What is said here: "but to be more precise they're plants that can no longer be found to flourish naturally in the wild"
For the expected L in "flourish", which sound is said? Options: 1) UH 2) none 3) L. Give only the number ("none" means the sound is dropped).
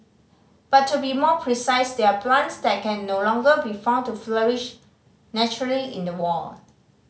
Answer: 3